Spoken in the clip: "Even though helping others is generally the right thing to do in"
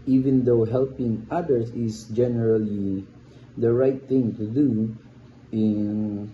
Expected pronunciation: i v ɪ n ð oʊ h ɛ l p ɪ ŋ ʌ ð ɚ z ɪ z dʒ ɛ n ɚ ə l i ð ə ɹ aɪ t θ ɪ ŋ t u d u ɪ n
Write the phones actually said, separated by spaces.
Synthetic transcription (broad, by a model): i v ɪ n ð oʊ h ɛ l p ɪ ŋ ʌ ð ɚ s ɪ s dʒ ɛ n ɚ ə l i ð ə ɹ aɪ t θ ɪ ŋ t u d u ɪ n